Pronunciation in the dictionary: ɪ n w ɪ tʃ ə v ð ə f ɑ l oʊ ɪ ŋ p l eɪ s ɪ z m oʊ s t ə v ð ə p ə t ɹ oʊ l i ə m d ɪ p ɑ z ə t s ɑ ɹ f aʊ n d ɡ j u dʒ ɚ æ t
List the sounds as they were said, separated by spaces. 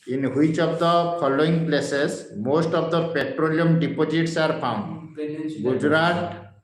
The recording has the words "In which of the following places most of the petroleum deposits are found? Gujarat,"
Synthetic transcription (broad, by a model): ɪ n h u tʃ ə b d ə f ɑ l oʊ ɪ ŋ p l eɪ s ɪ s m oʊ s t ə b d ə p ə t ɹ oʊ l i ə m d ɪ p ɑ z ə t s ɑ ɹ p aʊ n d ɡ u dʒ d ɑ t